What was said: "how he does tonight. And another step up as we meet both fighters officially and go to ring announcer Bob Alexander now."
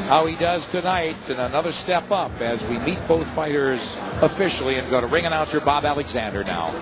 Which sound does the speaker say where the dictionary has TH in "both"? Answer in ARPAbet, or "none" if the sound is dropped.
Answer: TH